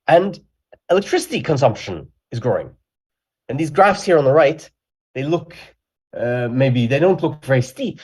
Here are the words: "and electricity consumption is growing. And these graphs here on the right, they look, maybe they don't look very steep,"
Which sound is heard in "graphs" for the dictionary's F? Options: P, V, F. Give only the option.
F